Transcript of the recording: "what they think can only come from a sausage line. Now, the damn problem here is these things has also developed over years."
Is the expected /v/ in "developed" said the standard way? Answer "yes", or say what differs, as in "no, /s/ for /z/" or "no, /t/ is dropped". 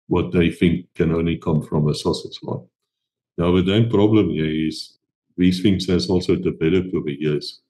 no, /b/ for /v/